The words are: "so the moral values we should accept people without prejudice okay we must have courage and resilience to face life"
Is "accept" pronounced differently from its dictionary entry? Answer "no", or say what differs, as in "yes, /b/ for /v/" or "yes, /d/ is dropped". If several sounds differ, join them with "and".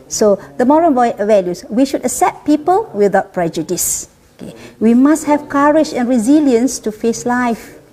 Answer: yes, /k/ is dropped